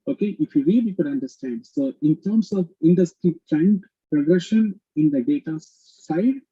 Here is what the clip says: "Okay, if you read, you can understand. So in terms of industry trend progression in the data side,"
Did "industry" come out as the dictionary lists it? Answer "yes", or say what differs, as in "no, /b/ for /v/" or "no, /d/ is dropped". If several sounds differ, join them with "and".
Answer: yes